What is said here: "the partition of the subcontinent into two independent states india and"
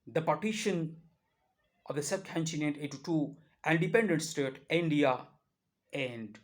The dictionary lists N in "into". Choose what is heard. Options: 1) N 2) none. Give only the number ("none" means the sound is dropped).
2